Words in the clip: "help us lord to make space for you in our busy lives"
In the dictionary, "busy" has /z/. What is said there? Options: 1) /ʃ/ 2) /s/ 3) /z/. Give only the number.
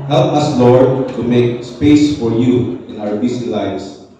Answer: 2